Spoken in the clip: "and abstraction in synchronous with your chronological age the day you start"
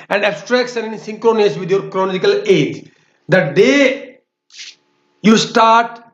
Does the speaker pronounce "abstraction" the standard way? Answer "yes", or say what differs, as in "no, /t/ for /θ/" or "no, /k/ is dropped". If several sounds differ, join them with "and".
no, /s/ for /ʃ/